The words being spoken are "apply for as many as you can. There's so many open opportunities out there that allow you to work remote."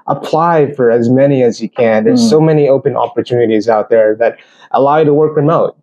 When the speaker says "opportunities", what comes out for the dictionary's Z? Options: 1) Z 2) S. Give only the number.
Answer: 1